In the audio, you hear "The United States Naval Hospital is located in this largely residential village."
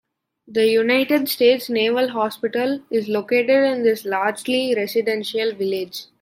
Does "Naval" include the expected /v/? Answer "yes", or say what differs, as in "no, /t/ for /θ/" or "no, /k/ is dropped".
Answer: yes